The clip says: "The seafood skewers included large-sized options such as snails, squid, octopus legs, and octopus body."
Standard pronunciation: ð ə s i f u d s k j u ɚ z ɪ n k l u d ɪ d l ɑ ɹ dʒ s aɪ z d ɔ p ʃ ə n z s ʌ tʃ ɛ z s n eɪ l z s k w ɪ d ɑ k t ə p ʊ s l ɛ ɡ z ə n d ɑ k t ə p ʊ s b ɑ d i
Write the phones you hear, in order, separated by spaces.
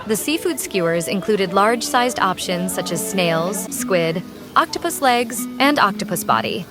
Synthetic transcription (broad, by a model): ð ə s i f u d s k j u ɚ z ɪ n k l u d ɪ d l ɑ ɹ dʒ s aɪ z d ɔ p ʃ ə n z s ʌ tʃ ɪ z s n eɪ l z s k w ɪ d ɑ k t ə p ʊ s l ɛ ɡ z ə n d ɑ k t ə p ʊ s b ɑ d i